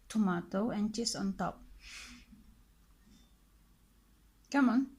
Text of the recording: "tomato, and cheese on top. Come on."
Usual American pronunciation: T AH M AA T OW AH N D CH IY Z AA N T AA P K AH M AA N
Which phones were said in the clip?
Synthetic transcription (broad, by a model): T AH M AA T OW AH N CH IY S AA N T AA P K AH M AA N